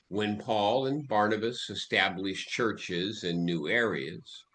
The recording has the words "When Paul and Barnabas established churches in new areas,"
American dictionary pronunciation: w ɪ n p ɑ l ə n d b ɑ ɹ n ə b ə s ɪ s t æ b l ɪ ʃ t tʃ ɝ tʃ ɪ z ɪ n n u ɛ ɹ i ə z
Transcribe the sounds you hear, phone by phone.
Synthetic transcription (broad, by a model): w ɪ n p ɑ l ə n b ɑ ɹ n ə b ə s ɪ s t æ b l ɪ ʃ tʃ ɝ tʃ ɪ z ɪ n n u ɛ ɹ i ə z